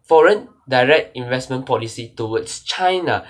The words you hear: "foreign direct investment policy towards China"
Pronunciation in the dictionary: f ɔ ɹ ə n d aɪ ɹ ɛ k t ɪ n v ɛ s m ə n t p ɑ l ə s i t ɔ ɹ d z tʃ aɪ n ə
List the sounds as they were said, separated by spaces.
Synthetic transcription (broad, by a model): f ɔ ɹ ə n d aɪ ɹ ɛ k t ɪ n v ɛ s m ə n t p ɑ l ə s i t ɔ w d s tʃ aɪ n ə